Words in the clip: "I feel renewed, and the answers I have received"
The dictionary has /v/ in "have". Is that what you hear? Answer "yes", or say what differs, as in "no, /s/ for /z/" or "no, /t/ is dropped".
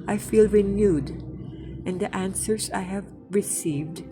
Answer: yes